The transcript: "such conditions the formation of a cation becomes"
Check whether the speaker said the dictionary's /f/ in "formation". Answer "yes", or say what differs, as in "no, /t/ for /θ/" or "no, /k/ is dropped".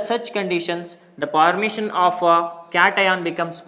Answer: no, /p/ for /f/